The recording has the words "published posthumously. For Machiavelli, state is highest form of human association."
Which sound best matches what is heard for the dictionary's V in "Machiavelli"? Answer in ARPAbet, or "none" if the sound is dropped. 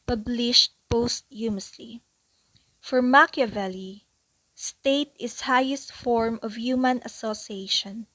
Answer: V